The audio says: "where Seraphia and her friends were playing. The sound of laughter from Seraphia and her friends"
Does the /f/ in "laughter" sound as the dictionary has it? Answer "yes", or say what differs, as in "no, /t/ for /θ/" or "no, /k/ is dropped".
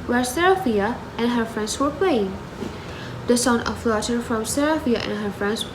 no, /f/ is dropped